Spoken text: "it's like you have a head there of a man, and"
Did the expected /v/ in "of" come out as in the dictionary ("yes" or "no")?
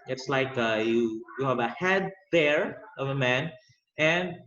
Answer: yes